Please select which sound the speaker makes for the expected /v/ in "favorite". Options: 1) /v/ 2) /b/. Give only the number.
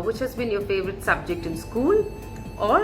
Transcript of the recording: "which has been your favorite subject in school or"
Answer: 1